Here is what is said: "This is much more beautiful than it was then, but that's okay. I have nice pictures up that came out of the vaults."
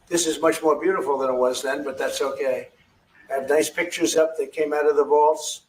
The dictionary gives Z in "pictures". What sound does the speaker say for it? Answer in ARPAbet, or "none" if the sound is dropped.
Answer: Z